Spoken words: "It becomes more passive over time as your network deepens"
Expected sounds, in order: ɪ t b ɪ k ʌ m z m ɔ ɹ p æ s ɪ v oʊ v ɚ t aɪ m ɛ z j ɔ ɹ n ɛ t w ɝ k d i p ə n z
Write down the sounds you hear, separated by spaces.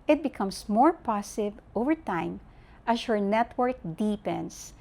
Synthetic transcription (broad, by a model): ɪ t b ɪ k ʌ m s m ɔ ɹ p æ s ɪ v oʊ v ɚ t aɪ m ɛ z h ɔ ɹ n ɛ t w ɝ k d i p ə n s